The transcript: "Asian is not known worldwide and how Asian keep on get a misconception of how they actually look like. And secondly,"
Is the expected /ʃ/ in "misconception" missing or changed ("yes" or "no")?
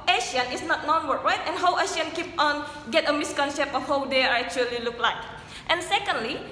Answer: yes